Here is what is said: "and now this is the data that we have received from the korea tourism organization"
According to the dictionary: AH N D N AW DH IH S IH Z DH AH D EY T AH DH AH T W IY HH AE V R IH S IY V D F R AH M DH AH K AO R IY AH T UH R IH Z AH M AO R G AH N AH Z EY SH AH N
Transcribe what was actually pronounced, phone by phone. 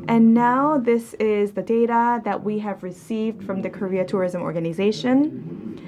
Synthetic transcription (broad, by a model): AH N N AW DH IH S IH Z DH AH D EY T AH DH AH T W IY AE V R IH S IY V D F R AH M DH AH K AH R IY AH T UH R IH Z AH M AO R G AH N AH Z EY SH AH N